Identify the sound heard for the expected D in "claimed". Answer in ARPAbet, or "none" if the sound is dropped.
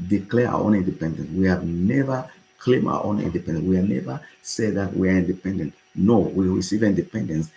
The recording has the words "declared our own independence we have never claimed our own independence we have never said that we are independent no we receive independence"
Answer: none